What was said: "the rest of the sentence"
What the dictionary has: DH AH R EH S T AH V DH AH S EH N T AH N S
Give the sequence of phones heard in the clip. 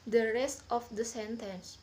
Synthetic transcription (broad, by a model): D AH R EH S T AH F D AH S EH N T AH N S